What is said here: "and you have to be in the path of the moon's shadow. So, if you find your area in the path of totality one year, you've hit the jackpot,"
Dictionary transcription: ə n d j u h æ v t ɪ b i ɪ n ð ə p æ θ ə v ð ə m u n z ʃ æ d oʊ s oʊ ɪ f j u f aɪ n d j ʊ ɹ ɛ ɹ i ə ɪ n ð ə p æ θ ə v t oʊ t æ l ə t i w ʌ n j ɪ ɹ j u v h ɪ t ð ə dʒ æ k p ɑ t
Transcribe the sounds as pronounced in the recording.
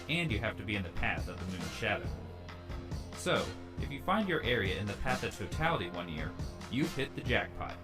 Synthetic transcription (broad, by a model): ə n j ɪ h æ f t ɪ b i ɪ n ð ə p æ θ ə v ð ə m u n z ʃ æ d oʊ s oʊ ɪ f j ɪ f aɪ n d j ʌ ɹ ɛ ɹ i ə ɪ n ð ə p æ θ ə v t oʊ t æ l ə t i w ʌ n j ɪ ɹ j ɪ h ɪ t ð ə dʒ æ k p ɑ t